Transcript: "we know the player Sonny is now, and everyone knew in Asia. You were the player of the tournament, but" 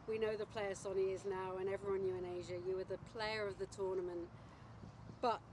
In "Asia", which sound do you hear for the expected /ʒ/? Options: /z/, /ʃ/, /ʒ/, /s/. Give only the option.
/ʒ/